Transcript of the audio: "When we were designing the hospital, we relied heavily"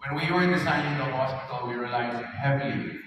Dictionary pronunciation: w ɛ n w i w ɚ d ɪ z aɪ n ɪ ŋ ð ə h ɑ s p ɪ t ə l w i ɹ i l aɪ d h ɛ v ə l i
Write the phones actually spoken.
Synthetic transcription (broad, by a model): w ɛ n w i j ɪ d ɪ s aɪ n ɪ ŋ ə h ɑ s p ɪ t ə l w i ɹ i l aɪ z h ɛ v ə l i